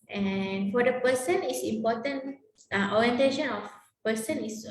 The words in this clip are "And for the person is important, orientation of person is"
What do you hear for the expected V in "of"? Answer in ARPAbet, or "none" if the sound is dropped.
F